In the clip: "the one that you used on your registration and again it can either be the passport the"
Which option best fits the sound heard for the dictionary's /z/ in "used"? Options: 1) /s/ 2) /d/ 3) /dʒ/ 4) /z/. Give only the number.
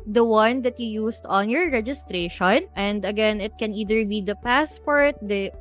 1